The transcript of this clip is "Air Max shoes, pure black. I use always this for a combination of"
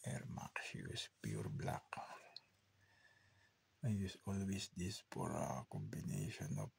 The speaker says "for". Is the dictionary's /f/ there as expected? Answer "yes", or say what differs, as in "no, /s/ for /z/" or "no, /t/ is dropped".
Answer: no, /p/ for /f/